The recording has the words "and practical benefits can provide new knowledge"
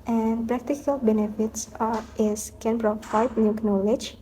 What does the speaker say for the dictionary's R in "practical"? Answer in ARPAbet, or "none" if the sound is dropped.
R